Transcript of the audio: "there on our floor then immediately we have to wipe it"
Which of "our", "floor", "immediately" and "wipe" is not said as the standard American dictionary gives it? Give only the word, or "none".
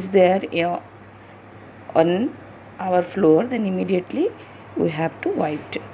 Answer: wipe